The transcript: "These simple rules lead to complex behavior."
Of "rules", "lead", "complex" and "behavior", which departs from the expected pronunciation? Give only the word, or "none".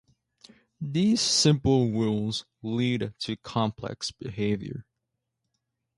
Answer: rules